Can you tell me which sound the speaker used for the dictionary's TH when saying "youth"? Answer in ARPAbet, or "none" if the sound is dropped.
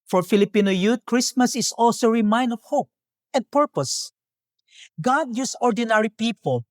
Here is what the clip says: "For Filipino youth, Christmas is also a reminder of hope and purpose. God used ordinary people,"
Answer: T